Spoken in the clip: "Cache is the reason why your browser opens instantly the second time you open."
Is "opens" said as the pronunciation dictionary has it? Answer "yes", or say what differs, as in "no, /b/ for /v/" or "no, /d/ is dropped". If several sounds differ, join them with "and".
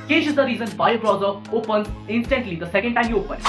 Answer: no, /z/ is dropped